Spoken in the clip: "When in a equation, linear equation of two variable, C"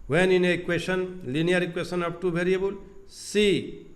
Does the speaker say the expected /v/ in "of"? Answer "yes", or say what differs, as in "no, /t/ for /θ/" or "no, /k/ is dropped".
no, /p/ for /v/